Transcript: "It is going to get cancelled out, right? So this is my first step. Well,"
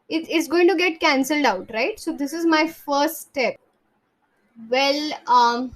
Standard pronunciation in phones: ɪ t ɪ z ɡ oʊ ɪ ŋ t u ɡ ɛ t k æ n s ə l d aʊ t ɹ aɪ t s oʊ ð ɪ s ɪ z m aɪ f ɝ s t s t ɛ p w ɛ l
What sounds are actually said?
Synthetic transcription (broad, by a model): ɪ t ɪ s ɡ oʊ ɪ ŋ t u ɡ ɛ t k æ n s ə l d aʊ t ɹ aɪ t s oʊ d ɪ s ɪ z m aɪ f ɝ s t s t ɛ p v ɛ l